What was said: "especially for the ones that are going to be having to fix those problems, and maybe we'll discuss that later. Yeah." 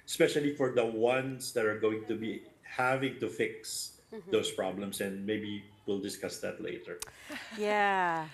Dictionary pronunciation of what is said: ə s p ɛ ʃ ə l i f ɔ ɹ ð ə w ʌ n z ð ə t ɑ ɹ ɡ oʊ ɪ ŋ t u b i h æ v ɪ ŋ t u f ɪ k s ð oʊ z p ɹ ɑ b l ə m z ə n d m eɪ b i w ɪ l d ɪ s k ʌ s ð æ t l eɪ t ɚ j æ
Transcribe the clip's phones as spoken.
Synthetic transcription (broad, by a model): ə s p ɛ ʃ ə l i f ɔ ɹ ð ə w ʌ n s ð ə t ɑ ɹ ɡ oʊ ɪ ŋ t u b i h æ v ɪ ŋ t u f ɪ k s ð oʊ s p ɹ ɑ b l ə m s ə n d m eɪ b i w ɪ l d ɪ s k ʌ s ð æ t l eɪ t ɚ j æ